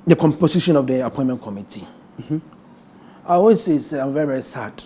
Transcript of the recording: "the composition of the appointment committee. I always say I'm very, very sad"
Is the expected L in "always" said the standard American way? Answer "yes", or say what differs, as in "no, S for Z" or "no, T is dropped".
no, L is dropped